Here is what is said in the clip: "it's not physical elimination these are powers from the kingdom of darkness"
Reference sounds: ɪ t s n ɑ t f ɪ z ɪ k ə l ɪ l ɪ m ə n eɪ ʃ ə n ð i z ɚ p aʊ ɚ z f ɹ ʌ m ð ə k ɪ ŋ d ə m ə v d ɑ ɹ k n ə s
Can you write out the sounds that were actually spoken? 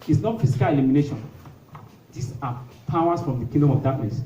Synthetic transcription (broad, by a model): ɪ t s n ɑ t f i s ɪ k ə l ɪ l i m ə n eɪ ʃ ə n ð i s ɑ p aʊ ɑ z f ɹ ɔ m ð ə k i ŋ d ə m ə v d ɑ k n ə s